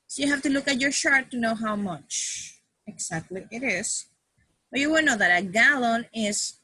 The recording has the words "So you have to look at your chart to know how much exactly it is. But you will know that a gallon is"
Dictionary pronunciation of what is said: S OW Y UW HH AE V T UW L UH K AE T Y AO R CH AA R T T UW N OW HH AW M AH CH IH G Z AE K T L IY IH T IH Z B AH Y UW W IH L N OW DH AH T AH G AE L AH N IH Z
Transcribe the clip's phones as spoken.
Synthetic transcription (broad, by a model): S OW Y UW HH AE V T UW L UH K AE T Y AO R SH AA R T T UW N OW HH AW M AH CH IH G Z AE K T L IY IH T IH S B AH Y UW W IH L N OW DH AH T AH G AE L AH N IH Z